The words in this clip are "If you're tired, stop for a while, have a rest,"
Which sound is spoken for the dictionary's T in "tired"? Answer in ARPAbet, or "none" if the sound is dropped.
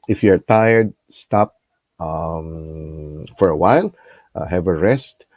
T